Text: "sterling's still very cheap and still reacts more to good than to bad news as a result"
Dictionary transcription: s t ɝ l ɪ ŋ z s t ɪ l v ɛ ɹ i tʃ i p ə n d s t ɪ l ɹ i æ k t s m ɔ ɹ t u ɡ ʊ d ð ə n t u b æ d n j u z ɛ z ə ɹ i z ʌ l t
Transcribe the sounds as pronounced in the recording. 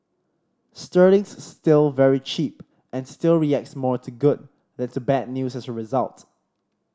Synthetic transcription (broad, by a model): s t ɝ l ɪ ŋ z s t ɪ l v ɛ ɹ i tʃ i p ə n s t ɪ l ɹ i æ k t s m ɔ ɹ t u ɡ ʊ d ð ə n t u b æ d n j u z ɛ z ə ɹ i z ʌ l t